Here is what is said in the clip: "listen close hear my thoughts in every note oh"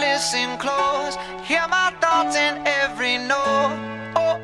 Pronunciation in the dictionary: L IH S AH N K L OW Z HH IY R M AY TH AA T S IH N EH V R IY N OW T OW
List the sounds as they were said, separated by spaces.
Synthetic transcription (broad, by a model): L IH S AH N K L OW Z HH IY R M AY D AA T IH N EH V R IY N OW OW